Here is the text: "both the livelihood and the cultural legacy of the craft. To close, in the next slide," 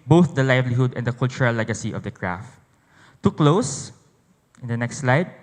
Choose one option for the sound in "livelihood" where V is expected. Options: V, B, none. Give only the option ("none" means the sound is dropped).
V